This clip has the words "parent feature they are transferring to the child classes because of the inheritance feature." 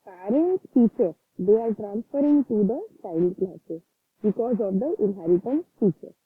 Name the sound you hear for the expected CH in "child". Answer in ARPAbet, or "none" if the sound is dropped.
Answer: S